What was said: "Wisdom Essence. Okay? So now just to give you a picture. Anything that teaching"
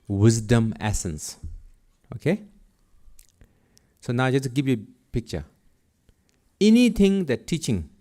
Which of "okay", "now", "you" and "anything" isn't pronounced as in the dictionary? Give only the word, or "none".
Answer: anything